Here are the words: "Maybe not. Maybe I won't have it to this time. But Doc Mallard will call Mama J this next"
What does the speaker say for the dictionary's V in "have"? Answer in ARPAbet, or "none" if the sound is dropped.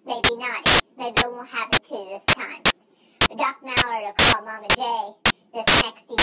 P